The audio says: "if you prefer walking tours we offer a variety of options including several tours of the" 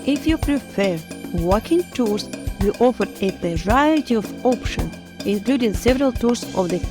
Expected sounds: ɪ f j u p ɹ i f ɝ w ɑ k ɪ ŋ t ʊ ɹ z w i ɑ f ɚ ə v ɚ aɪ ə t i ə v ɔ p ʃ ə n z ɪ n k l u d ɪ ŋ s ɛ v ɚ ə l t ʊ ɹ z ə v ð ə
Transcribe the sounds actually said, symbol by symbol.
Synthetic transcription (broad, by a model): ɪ f j u p ɹ i f ɝ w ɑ k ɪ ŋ t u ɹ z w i ɑ f ɚ ə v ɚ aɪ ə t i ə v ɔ p ʃ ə n ɪ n k l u d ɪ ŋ s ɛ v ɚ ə l t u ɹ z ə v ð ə